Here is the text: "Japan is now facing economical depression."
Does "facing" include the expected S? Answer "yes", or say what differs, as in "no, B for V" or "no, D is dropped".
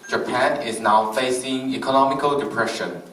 yes